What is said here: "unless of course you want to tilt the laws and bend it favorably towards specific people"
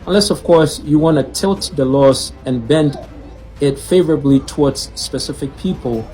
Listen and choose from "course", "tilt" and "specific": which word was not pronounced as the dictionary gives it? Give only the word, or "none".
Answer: none